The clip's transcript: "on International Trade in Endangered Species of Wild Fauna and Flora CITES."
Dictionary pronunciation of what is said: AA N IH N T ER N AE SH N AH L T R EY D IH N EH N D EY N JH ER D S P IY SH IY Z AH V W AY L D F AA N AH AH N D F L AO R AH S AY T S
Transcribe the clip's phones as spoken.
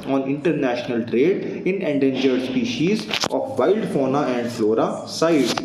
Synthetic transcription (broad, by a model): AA N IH N T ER N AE SH N AH L T R EY D IH N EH N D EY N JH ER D S P IY SH IY Z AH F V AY L D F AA N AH AH N D F L AO R AH S AY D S